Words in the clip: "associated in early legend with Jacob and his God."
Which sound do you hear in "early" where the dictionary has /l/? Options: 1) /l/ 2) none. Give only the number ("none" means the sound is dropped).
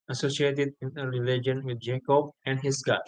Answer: 2